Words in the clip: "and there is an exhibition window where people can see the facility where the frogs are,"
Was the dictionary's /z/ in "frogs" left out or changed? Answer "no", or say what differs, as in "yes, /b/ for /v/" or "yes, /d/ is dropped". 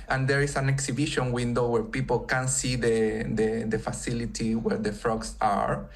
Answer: yes, /s/ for /z/